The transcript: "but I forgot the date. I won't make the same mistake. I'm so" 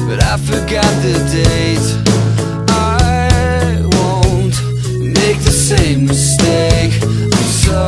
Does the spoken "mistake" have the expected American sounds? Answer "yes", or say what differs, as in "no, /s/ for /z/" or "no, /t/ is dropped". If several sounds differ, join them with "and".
no, /k/ is dropped